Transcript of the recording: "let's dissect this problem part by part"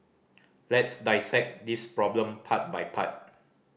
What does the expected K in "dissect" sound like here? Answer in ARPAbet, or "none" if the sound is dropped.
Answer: K